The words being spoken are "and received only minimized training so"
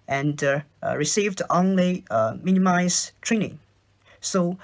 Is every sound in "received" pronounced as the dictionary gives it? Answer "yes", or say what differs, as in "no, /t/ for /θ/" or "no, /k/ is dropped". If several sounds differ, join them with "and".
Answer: yes